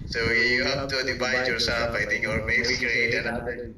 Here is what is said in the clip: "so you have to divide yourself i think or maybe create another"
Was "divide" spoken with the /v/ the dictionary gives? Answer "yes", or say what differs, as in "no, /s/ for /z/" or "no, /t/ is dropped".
no, /b/ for /v/